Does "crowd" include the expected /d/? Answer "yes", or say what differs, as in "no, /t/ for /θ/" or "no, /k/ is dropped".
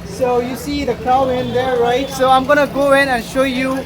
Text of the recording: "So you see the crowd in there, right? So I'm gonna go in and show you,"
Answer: no, /d/ is dropped